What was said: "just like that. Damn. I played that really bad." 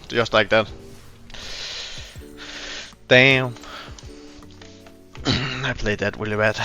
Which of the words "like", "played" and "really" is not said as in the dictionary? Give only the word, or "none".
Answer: really